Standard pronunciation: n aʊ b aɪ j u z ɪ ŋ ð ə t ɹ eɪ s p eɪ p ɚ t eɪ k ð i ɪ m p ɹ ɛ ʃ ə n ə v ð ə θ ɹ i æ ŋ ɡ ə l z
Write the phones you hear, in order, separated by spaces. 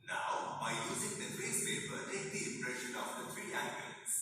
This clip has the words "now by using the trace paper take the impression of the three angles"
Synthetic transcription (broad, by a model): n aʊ b aɪ j u z ɪ ŋ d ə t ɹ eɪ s p eɪ p ɚ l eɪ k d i ɪ m p ɹ ɛ ʃ ə n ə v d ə t ɹ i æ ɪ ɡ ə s